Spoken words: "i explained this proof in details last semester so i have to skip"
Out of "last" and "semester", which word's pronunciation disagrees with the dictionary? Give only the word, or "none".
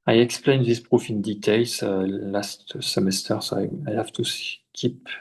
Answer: none